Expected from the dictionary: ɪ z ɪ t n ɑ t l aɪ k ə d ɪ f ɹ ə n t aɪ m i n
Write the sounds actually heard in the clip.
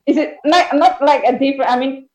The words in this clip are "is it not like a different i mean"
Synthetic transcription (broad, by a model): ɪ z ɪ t n ɑ t l aɪ k ə d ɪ f ɹ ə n aɪ m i n